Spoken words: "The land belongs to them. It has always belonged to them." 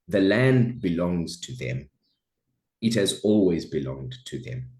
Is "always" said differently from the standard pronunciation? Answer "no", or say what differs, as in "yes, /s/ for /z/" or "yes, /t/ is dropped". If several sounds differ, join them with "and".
no